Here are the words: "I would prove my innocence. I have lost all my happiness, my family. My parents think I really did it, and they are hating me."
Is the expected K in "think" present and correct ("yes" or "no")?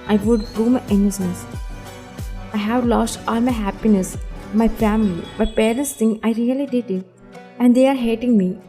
no